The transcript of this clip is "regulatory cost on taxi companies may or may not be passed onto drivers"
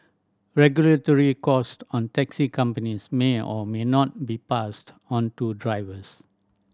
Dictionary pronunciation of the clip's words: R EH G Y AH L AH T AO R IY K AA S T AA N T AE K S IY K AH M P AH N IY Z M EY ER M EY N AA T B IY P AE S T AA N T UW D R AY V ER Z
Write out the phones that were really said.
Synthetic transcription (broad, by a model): R EH G Y AH L AH T AO R IY K AA S T AA N T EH K S IY K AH M P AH N IY S M EY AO M EY N AA T B IY P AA S T AA N T UW D R AY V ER S